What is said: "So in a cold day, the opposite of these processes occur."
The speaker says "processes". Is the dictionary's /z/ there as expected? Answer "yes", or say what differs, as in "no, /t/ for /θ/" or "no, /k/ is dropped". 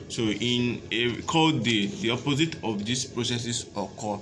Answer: no, /s/ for /z/